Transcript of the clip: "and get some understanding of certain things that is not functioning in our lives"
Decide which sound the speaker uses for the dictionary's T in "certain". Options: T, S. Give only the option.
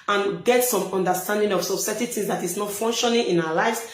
S